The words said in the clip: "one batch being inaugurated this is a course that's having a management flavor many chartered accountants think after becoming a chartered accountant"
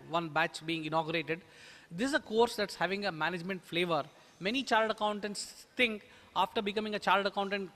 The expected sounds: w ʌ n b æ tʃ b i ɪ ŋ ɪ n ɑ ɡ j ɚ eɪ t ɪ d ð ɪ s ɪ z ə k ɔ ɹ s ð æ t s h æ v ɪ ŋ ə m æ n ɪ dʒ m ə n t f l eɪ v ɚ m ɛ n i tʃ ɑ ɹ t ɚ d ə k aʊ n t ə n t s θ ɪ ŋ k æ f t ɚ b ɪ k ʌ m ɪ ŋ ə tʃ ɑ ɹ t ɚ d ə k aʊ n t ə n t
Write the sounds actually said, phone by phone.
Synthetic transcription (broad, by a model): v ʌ n b æ tʃ b i ɪ ŋ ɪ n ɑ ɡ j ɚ eɪ t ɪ d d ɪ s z ə k ɔ ɹ s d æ t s h æ v ɪ ŋ ə m æ n ɪ dʒ m ə n t f l eɪ v ɚ m ɛ n i tʃ ɑ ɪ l d ə k aʊ n t ə n t s t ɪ ŋ k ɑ f t ɚ b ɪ k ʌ m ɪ ŋ ə tʃ ɑ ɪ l d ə k aʊ n t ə n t